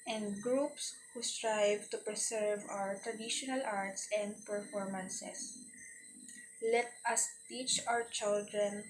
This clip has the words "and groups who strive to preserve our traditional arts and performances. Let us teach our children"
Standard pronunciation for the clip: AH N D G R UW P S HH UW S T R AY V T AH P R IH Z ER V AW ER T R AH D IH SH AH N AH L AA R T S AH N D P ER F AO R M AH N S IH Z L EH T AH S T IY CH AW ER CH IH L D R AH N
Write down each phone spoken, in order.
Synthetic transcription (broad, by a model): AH N D G R UW P S HH UW S T R AY V T AH P R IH S ER V AW ER T R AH D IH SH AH N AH L AA R T S AH N D P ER F AO R M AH N S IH S L EH T AH S T IY CH AW ER CH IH L D R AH N